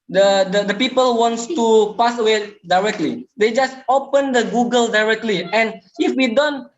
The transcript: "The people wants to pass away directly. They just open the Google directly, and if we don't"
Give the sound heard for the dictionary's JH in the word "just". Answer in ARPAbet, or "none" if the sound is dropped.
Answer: JH